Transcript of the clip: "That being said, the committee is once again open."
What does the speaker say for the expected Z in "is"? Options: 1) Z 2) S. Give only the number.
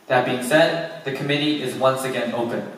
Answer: 1